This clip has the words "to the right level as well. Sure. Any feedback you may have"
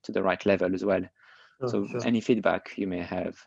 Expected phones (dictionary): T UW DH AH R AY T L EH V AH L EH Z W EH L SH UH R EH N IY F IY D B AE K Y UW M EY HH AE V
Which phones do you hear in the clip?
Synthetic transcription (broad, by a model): T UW DH AH R AY T L EH V AH L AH Z W EH L S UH EH N IY F IY D B AE K Y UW M EY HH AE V